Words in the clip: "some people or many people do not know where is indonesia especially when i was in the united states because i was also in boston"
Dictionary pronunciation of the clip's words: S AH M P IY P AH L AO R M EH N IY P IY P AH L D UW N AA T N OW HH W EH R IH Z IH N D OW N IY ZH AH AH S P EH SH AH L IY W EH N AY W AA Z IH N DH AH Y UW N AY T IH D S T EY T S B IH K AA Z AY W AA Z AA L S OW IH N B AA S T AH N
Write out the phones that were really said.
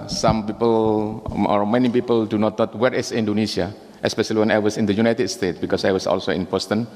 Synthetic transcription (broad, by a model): S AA M P IY P AH L AO R M EH N IY P IY P AH L D UW N AA T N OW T W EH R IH S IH N D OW N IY S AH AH S P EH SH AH L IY W EH N AY W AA S IH N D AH Y UW N AY T IH D S T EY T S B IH K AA S AY W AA S AA L S OW IH N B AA S T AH N